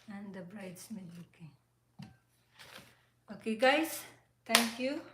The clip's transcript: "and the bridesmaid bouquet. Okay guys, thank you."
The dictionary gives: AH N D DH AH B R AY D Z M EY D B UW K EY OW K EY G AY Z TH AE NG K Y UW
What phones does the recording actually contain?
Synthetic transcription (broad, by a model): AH N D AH B R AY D S M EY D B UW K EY OW K EY G AY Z T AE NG K Y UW